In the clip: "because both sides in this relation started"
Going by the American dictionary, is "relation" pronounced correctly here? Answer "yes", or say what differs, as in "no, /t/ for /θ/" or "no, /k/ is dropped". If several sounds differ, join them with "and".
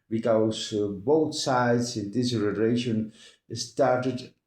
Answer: no, /n/ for /l/